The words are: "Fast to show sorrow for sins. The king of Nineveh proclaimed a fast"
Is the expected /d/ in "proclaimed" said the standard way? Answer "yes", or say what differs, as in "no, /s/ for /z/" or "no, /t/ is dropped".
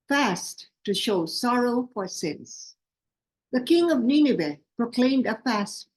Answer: yes